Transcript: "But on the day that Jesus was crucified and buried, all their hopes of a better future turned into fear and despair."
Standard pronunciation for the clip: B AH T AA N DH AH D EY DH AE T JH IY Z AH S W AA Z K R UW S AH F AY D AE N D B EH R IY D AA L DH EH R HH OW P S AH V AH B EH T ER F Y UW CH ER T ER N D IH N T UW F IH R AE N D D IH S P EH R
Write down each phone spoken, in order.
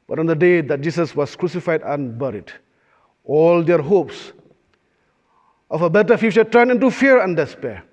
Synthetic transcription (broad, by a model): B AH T AA N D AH D EY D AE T JH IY S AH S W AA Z K R UW S AH F AY D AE N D B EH R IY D AA L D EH R HH OW P S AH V AH B EH T ER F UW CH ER T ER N IH N T UW F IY R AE N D D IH S P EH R